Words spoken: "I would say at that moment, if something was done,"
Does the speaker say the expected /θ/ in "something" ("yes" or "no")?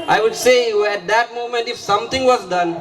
no